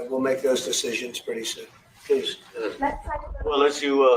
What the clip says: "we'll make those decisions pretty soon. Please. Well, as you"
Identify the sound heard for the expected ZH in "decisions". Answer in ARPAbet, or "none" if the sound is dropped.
ZH